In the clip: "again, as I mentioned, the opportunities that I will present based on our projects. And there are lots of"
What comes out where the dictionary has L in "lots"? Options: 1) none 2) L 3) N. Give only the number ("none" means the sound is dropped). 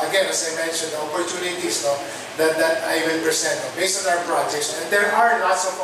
3